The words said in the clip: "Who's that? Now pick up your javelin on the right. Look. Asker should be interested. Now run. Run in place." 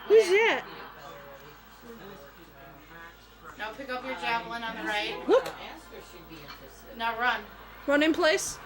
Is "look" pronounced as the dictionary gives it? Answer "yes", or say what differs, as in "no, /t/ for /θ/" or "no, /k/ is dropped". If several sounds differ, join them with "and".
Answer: no, /w/ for /l/